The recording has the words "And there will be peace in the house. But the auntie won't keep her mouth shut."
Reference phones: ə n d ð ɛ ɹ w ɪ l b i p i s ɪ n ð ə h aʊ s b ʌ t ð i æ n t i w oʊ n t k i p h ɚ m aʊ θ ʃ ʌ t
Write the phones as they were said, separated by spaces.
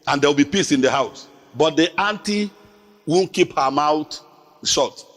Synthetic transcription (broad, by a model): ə n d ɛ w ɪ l b i p i s ɪ n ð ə h aʊ s b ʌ t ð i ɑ n t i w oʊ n k i p h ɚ m aʊ t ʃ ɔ t